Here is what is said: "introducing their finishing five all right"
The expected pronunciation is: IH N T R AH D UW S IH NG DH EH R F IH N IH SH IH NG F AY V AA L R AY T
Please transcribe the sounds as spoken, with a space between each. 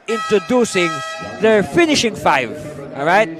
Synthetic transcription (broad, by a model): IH N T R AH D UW S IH NG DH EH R F IH N IH SH IH NG F AY V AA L R AY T